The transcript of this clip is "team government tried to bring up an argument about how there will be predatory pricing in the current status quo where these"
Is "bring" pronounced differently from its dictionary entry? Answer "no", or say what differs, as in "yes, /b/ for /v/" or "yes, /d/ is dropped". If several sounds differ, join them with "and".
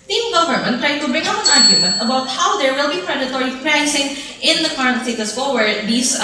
yes, /ɹ/ is dropped